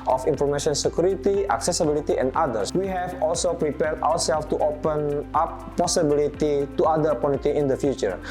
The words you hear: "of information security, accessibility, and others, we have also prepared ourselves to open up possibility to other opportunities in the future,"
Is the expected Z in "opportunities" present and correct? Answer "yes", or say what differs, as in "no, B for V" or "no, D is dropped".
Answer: no, Z is dropped